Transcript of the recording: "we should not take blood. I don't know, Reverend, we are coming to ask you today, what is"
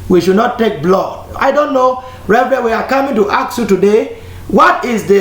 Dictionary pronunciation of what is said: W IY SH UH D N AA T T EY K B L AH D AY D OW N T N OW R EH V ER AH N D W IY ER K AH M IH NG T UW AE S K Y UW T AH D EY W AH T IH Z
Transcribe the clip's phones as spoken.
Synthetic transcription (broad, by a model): W IY SH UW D N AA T T EY K B L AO AY D OW N T N OW R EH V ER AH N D W IY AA K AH M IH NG T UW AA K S Y UW T AH D EY W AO T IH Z